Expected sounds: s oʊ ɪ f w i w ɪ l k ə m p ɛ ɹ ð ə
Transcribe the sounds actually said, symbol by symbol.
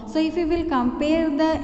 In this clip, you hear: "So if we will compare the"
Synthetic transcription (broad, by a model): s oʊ ɪ f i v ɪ l k ə m p ɛ ɹ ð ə